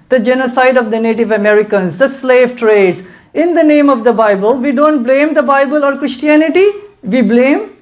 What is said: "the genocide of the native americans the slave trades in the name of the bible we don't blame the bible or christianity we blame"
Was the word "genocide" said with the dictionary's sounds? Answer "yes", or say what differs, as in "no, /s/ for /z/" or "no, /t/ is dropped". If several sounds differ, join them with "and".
yes